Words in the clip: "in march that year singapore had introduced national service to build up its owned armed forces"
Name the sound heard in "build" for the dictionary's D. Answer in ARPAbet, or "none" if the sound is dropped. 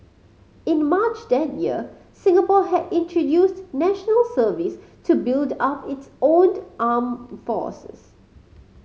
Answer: D